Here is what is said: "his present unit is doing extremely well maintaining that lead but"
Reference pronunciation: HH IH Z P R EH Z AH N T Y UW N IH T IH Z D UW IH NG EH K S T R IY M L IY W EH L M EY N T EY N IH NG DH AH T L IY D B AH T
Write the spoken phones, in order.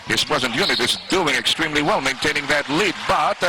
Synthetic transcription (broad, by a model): HH IH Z P R EH Z AH N T Y UW N IH T IH Z D UW IH NG EH K S T R IY M L IY W EH L M EY N T EY N IH NG DH AH T L IY D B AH T